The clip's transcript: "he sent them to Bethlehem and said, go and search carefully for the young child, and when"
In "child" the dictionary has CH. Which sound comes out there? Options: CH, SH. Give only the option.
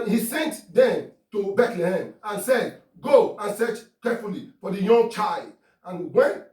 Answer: CH